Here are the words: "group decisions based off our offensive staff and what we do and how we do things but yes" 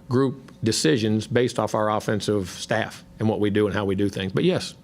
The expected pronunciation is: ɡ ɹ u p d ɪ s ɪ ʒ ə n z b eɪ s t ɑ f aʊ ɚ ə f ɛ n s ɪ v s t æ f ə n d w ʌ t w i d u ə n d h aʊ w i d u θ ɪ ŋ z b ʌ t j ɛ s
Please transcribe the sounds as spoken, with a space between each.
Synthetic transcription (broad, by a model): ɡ ɹ u p d ɪ s ɪ ʒ ə n z b eɪ s t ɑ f aʊ ɚ ə f ɛ n s ɪ v s t æ f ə n w ʌ t w i d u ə n h aʊ w i d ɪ θ ɪ ŋ z b ʌ t j ɛ s